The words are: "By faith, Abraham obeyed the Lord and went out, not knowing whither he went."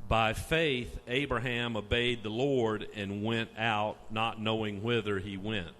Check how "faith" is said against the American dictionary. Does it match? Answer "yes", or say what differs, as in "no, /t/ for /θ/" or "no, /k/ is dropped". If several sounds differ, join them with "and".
yes